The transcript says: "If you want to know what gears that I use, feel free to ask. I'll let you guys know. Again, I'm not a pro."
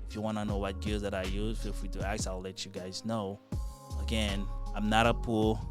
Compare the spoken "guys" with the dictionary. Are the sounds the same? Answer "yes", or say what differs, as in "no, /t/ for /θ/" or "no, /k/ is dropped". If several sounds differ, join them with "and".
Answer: yes